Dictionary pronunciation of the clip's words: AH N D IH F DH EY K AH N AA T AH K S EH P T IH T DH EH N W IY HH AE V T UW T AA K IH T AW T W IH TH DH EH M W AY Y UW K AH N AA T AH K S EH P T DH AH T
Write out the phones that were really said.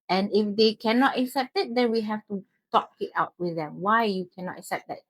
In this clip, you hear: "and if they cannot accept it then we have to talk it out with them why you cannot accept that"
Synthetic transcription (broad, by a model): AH N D IH F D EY K AH N AA T AH K S EH P T IH T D EH N W IY HH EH F T UW T AA K IH T AW T W IH TH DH EH M W AY Y UW K AH N AA T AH K S EH P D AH T